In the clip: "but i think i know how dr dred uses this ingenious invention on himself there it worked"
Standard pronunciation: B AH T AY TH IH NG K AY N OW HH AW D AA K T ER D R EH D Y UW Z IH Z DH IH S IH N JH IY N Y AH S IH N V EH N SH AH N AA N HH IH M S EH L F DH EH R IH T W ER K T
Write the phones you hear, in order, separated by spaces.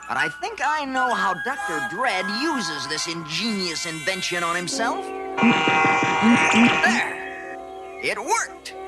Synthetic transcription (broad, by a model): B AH T AY TH IH NG K AY N OW HH AW D AA K T ER D R EH D Y UW Z IH Z DH IH S IH N JH IY N Y AH S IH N V EH N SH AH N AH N HH IH M S EH L F DH EH R IH T W ER K T